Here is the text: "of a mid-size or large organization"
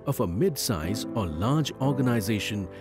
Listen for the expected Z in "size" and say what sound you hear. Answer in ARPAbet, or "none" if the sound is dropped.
Z